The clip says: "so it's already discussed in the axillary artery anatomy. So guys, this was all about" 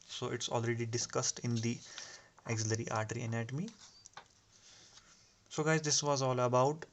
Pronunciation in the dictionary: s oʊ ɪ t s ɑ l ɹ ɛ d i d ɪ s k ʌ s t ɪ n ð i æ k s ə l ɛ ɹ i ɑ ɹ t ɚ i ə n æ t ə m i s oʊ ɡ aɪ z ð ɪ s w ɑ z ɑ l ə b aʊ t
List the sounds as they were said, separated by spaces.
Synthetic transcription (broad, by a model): s oʊ ɪ t s ɑ l ɹ ɛ d i d ɪ s k ʌ s t ɪ n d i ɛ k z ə l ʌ ɹ i ɑ ɹ t ɚ i ə n æ t ə m i s oʊ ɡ aɪ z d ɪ s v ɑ z ɑ l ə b aʊ t